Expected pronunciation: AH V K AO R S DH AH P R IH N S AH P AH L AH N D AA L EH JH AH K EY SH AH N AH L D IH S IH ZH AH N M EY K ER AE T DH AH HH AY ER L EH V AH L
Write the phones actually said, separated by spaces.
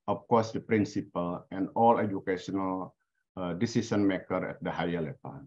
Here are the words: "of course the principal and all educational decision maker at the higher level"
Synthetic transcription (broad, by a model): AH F K AO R S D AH P R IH N S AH P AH L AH N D AA L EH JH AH K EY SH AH N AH L D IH S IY S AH N M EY K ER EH T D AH HH AY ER L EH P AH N